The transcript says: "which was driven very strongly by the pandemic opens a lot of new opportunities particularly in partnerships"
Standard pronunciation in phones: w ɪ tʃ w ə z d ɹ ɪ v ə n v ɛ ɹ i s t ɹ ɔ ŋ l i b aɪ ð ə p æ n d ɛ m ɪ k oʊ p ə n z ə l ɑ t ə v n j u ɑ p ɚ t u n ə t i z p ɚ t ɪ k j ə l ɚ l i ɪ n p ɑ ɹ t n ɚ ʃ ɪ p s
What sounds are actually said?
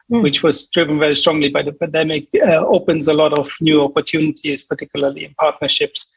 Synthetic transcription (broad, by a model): w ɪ tʃ w ə z d ɹ ɪ v ə n v ɛ ɹ i s t ɹ ɔ ŋ l i b aɪ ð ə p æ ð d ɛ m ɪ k oʊ p ə n z ə l ɑ t ə v n j u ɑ p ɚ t u n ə t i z p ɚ t ɪ k j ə l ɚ l i ɪ n p ɑ ɹ t n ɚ ʃ ɪ p s